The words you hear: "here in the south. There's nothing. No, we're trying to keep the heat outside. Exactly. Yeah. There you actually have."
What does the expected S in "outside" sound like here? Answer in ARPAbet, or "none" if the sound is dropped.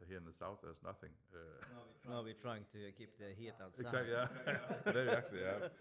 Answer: none